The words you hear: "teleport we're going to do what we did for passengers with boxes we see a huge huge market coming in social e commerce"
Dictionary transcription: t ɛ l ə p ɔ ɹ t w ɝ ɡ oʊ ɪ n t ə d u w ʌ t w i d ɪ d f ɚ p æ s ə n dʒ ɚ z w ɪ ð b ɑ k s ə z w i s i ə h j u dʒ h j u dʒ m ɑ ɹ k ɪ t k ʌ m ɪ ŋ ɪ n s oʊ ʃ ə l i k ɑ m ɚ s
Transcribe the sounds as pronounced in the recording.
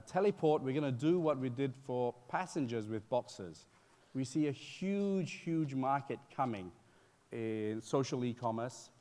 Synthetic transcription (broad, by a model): t ɛ l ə p ɔ ɹ t w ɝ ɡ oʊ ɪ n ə d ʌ w ʌ t w i d ɪ d f ɚ p æ s ə n dʒ ɚ z w ɪ ð b ɑ k s ə z w i s i ə h j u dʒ h j u dʒ m ɑ ɹ k ɪ t k ʌ m ɪ ŋ ɪ n s oʊ ʃ ə l i k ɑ m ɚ s